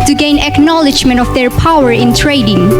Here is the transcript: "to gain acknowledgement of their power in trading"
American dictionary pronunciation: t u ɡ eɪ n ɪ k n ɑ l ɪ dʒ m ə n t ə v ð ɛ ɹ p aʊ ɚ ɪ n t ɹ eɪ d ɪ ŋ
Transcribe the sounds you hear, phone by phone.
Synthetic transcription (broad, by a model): t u ɡ eɪ n ɪ k n ɑ l ɪ dʒ m ə n t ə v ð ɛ ɹ p aʊ ɚ ɪ n t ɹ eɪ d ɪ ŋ